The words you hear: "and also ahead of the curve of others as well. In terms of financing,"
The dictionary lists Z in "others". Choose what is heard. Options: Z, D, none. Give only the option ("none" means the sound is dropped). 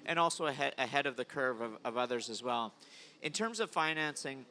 Z